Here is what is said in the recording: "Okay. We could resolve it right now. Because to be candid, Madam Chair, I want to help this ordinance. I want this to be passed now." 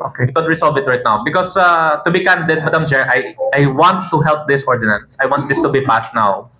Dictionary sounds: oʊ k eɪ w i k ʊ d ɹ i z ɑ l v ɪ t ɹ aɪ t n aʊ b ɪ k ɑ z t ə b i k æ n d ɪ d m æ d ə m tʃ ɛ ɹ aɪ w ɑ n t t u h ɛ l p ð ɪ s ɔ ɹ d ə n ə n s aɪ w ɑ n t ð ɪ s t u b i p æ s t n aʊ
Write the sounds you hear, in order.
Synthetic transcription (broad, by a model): oʊ k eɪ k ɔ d ɹ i s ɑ l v ɪ t ɹ aɪ t n aʊ b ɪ k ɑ s t ə b i k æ n d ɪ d m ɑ d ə m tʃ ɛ ɹ aɪ w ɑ n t t u h ɛ l p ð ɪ s ɔ ɹ d ə n ə n s aɪ w ɑ n t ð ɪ s t u b i p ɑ s t n aʊ